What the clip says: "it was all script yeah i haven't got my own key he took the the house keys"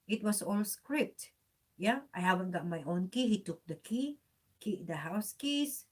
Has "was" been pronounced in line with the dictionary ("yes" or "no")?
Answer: no